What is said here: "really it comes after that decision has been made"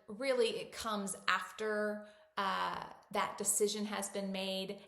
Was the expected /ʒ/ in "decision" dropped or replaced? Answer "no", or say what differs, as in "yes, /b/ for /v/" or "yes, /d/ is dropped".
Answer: no